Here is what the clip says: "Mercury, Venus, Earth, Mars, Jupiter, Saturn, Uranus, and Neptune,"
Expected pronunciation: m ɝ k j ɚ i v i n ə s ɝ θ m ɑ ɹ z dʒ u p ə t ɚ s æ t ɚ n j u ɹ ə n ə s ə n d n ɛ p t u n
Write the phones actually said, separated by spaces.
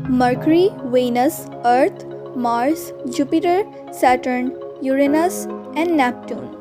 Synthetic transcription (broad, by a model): m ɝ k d i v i n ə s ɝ t m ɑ ɹ s dʒ u p ə t ɚ s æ t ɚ n j u ɹ ə n ə s ə n d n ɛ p t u n